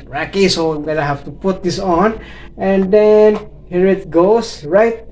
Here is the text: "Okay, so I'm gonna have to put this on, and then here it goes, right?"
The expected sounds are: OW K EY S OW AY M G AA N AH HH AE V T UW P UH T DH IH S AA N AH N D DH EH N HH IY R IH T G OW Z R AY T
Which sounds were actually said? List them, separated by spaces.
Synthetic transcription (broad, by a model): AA K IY S OW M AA L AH HH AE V T UW P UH T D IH S AA N AH N D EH N HH IY R IH T G OW S R AY T